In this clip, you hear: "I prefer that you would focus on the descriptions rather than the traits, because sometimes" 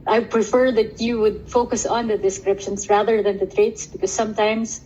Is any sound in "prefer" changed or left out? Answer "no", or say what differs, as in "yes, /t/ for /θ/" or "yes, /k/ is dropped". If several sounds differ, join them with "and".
no